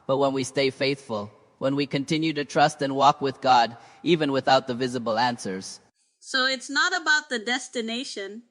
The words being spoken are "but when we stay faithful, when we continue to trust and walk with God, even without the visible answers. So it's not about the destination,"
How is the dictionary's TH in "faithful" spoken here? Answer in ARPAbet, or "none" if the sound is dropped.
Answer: TH